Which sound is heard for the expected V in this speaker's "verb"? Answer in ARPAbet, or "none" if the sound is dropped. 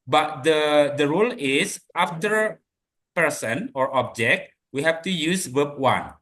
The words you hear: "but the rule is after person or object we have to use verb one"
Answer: W